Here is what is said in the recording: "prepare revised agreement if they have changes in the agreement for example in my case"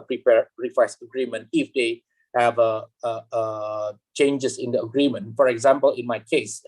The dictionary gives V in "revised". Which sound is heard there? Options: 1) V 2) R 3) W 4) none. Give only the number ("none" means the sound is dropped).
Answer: 3